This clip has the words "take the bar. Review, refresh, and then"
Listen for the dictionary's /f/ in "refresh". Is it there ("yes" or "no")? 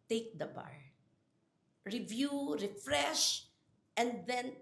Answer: yes